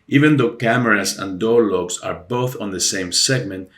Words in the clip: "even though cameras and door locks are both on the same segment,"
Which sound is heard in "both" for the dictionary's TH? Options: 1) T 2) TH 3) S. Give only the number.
2